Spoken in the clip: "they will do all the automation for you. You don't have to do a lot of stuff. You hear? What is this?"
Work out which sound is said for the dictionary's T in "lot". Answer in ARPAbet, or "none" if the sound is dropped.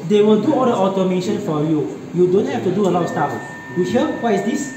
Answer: none